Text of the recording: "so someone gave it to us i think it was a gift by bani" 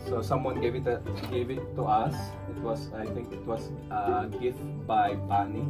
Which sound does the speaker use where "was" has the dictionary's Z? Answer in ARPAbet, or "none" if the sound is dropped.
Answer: S